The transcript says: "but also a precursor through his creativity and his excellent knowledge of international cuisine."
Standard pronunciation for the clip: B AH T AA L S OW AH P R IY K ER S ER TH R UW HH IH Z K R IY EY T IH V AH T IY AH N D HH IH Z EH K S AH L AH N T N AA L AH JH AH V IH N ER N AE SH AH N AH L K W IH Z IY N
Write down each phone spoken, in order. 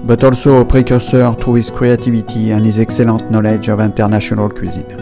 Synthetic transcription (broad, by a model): B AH T AA L S OW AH P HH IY K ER S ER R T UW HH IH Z K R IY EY T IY V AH T IY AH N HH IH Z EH K S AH L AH T N AA L AH JH AH V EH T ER N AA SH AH N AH L K W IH Z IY N